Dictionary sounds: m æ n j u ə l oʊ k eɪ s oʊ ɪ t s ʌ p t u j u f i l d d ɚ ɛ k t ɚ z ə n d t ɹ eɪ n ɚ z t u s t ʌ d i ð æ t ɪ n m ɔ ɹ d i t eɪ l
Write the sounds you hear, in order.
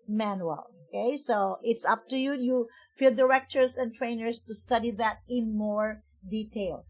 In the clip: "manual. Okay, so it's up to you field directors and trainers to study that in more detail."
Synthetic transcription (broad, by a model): m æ n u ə l oʊ k eɪ s oʊ ɪ t s ʌ p t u j u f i l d d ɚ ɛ k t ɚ s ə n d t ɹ eɪ n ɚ s t u s t ʌ d i ð æ t ɪ n m ɔ ɹ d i t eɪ l